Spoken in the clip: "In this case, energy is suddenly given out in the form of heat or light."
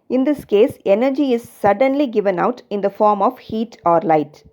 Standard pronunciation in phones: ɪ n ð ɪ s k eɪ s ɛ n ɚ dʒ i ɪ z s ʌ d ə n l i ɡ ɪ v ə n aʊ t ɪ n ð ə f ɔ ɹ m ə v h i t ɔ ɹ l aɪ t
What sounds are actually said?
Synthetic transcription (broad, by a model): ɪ n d ɪ s k eɪ s ɛ n ɚ dʒ i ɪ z s ʌ d ə n l i ɡ ɪ v ə n aʊ t ɪ n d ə f ɔ ɹ m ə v h i t ɔ ɹ l aɪ t